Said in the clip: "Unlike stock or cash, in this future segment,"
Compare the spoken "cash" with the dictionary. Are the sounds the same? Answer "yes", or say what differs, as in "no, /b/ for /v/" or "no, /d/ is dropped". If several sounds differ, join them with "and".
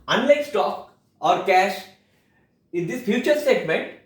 yes